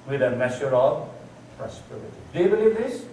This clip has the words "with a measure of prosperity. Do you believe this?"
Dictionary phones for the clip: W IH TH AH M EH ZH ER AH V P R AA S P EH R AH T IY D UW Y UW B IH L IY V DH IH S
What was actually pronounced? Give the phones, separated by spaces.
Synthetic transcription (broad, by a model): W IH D AH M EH SH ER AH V P R AA S P EH R AH T IY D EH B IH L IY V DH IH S